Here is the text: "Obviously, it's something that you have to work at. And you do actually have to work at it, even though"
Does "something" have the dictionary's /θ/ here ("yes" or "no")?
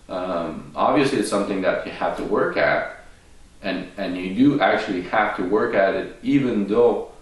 yes